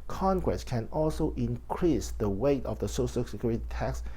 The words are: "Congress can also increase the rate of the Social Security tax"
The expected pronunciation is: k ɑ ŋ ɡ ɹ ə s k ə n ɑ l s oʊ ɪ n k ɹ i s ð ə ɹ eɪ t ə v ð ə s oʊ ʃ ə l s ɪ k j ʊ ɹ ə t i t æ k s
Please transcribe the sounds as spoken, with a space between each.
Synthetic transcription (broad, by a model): k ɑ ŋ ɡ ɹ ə s k ə n ɑ l s oʊ ɪ n k ɹ i s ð ə w eɪ t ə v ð ə s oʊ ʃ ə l s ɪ k j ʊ ɹ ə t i t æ k s